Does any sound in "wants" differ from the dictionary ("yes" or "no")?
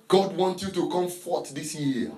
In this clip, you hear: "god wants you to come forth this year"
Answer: yes